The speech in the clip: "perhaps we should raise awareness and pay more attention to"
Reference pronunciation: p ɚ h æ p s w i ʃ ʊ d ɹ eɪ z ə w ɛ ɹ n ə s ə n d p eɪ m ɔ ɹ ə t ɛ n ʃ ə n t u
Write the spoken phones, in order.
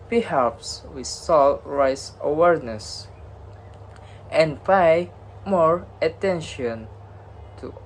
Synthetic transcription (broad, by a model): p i h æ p s w i s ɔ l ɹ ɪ s ə w ɛ ɹ n ə s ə n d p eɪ m ɔ ɹ ə t ɛ n ʃ ə n t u